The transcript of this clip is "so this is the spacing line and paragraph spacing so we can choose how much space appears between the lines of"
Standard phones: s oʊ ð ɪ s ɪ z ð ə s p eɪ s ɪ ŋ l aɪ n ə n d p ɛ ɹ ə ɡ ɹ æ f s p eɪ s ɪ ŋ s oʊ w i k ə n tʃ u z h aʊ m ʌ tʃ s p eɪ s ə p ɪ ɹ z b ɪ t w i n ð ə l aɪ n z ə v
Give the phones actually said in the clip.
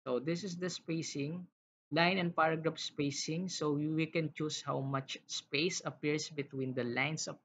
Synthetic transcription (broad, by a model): s oʊ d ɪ s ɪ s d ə s p eɪ s ɪ ŋ l aɪ n ə n d p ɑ ɹ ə ɡ ɹ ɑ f s p eɪ s ɪ ŋ s oʊ w i k ə n tʃ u s h aʊ m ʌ tʃ s p eɪ s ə p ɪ ɹ s b ɪ t w i n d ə l aɪ n s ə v